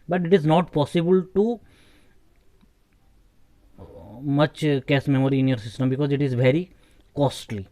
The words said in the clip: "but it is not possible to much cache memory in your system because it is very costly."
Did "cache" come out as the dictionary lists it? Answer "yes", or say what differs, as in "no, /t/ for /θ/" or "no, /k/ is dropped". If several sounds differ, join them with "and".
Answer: no, /s/ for /ʃ/